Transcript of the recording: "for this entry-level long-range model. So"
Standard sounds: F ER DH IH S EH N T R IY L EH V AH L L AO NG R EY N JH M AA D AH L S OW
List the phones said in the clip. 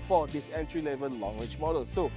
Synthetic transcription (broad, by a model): F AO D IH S EH N T R IY L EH V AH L L AO NG W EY JH M AA D AH L S OW